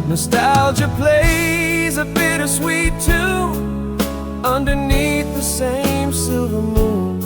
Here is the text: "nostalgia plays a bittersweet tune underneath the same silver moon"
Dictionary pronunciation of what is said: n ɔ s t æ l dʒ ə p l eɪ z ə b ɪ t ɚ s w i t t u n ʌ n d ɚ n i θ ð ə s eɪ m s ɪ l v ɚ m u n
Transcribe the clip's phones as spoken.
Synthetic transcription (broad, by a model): n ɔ s t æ l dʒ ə p l eɪ z ə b ɪ t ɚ s w i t t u ʌ n d ɚ n i θ ð ə s eɪ m s ɪ l v ɚ m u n